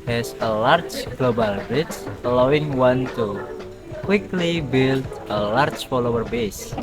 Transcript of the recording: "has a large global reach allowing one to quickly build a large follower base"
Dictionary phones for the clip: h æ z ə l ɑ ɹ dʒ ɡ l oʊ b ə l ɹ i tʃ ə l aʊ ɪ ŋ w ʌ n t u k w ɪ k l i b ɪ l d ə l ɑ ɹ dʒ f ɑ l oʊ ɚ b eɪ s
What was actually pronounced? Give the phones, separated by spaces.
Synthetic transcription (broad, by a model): h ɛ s ə l ɑ ɹ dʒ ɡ l oʊ b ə l ɹ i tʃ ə l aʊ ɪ ŋ w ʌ n t u k w ɪ k l i b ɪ l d ə l ɑ ɹ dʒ f ɑ l oʊ ɚ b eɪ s